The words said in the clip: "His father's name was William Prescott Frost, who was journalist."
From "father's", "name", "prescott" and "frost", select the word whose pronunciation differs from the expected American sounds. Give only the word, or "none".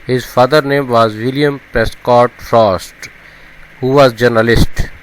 father's